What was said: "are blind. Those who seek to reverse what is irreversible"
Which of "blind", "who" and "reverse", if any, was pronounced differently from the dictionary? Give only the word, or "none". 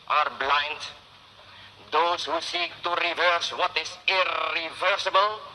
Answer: none